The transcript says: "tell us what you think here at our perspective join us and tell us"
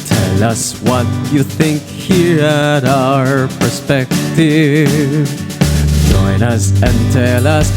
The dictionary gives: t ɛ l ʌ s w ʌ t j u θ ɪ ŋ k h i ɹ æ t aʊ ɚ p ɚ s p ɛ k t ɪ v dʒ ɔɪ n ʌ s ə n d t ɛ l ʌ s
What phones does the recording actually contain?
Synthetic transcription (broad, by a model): t ɛ l ʌ s w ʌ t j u θ ɪ ŋ k h i ɹ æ t aʊ ɚ p ɚ s p ɛ k t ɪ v dʒ ɔɪ n ʌ s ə n t ɛ l ʌ s